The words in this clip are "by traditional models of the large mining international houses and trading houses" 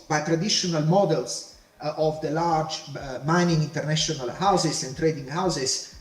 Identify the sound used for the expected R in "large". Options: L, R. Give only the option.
R